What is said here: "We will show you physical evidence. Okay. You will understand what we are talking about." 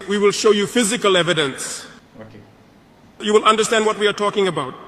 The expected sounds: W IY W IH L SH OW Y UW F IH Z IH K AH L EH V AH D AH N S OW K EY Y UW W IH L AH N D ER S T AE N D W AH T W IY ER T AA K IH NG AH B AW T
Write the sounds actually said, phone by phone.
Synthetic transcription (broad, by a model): W IY W IH L SH OW Y UW F IH Z IH K AH L EH V AH D AH N S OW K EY Y UW W IH L AH N D ER S T AE N D W AH T W IY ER T AA K IH NG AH B AW T